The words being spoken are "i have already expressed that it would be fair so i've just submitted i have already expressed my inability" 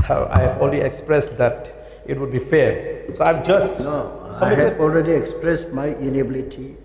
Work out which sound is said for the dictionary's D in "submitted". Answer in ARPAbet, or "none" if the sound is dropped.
none